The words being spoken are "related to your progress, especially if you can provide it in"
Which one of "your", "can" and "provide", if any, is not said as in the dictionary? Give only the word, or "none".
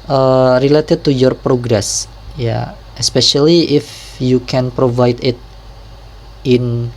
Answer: none